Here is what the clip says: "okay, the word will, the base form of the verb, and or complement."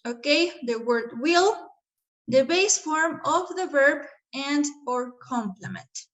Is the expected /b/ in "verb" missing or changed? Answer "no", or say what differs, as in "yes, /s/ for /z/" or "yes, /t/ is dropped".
no